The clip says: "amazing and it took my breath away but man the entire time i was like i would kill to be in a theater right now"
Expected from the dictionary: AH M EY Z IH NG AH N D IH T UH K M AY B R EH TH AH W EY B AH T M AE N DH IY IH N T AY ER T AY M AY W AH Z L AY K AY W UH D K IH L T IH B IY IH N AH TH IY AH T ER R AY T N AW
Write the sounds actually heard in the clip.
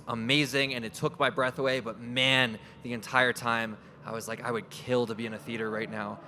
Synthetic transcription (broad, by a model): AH M EY Z IH NG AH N IH T UH K M AY B R EH TH AH W EY B AH T M AE N DH IY IH N T AY ER T AY M AY W AH Z L AY K AY W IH D K IH L T IH B IY IH N AH TH IY T ER R AY T N AW